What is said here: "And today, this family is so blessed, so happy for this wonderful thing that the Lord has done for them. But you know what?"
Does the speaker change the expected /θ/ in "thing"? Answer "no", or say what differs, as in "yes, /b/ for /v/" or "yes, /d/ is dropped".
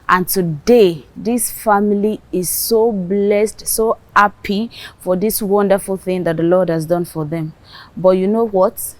no